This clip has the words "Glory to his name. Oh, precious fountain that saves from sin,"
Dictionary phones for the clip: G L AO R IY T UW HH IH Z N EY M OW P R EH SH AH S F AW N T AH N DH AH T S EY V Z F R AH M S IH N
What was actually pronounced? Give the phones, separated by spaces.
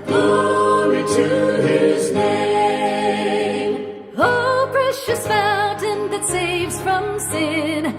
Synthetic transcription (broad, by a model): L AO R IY T UW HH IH Z N EY M OW P R EH SH AH S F AW N T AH N DH AH T S EY V Z F R AH M S IH N